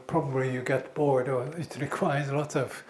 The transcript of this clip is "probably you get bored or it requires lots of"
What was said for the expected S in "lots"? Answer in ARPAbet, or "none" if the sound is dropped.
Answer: none